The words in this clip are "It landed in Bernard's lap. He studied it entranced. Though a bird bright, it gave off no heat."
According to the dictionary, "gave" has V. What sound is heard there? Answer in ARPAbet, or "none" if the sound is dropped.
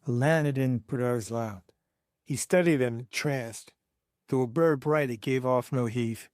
V